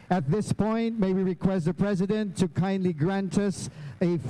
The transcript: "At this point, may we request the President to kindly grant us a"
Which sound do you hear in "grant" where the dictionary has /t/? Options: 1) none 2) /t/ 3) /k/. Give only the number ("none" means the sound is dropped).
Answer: 2